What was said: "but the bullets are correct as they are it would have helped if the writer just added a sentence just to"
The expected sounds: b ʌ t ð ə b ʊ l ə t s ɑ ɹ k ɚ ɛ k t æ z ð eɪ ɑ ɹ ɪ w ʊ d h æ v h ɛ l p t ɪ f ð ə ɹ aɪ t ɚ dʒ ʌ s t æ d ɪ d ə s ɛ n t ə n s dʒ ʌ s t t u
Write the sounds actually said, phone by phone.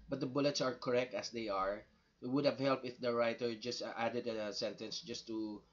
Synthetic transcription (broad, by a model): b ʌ t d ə b ʊ l ə t s ɑ ɹ k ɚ ɛ k t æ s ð eɪ ɑ ɹ ɪ w ʊ d h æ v h ɛ l p ɪ f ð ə ɹ aɪ t ɚ dʒ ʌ s t æ d ɪ d ə s ɛ n t ə n s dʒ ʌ s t t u